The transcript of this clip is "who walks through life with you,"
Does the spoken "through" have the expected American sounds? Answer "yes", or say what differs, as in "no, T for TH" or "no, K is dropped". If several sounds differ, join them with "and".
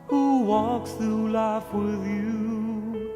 no, R is dropped